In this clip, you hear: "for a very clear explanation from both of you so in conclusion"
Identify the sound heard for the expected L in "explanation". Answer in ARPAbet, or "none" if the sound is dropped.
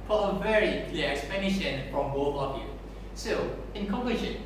none